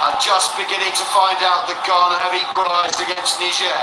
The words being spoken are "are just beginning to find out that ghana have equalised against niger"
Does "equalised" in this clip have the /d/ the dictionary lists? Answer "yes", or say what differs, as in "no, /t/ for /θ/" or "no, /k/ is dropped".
no, /d/ is dropped